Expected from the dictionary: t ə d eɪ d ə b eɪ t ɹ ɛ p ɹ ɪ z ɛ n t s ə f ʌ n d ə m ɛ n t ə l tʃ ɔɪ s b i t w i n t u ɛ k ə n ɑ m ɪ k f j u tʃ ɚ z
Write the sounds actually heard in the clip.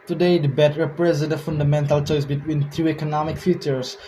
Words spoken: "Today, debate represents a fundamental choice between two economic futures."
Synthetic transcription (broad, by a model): t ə d eɪ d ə b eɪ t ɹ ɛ p ɹ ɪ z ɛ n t ə f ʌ n d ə m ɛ n t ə l tʃ ɔɪ s b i t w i n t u ɛ k ə n ɑ m ɪ k f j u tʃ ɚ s